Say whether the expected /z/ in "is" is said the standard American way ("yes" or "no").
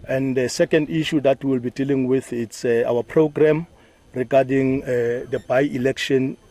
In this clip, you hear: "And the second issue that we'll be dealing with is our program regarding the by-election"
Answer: no